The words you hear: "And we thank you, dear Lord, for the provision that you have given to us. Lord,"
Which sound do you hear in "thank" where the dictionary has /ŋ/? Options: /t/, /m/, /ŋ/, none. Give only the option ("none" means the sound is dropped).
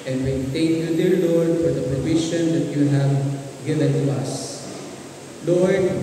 none